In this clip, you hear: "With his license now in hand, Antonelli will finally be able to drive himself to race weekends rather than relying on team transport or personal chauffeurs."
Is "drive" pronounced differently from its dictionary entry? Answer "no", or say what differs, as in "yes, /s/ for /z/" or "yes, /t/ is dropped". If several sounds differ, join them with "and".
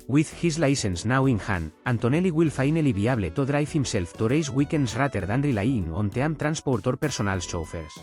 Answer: yes, /f/ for /v/